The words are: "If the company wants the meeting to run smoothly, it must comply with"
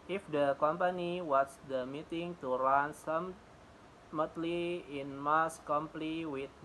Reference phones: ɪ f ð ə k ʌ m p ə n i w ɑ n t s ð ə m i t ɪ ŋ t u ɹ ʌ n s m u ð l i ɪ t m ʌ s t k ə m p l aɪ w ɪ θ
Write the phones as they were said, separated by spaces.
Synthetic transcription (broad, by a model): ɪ f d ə k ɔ m p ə n i w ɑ t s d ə m i t ɪ ŋ t u ɹ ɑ n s m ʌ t l i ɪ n m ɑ s k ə m p l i w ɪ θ